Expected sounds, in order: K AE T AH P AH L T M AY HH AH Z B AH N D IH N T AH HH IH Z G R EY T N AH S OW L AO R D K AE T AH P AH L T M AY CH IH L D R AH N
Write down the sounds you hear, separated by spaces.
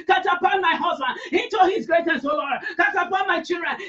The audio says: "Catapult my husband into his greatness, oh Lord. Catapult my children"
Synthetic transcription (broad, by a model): K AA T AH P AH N M AY HH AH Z B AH N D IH T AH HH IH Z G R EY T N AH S OW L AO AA K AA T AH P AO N M AY CH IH L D R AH N